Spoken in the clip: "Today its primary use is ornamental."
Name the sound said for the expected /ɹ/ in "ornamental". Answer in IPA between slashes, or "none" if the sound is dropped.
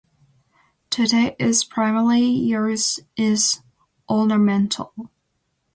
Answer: /l/